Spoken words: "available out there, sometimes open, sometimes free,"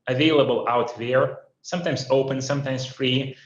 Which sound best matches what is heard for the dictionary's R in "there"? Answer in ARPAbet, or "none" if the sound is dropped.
R